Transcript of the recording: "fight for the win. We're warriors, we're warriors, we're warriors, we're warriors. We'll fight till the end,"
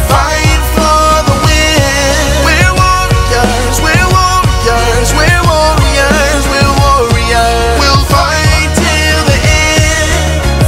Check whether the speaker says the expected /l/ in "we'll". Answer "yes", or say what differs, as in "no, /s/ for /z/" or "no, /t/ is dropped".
yes